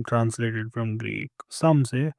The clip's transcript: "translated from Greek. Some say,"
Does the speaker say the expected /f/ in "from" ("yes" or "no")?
yes